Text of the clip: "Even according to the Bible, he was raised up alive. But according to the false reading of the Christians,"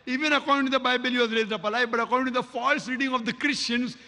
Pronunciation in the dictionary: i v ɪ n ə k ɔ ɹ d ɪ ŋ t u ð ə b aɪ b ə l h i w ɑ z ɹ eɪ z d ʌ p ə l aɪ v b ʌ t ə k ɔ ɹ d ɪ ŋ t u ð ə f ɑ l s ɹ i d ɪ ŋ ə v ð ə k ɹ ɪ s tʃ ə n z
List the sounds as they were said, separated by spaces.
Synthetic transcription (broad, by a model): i v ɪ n ə k ɔ ɹ d ɪ ŋ t u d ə b aɪ b ə l h i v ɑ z ɹ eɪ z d ʌ p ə l aɪ b ʌ t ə k ɔ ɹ d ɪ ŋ t u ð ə f ɑ l s ɹ i d ɪ ŋ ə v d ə k ɹ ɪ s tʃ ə n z